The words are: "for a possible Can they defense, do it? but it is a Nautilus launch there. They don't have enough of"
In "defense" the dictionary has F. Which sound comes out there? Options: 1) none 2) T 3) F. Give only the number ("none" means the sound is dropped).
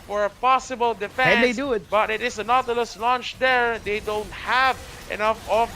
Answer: 1